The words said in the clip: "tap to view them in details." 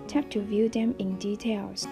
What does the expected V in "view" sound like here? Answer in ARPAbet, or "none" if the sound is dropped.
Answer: V